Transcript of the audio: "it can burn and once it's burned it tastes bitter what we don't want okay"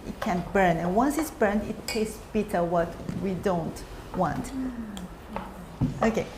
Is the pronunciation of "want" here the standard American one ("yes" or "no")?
yes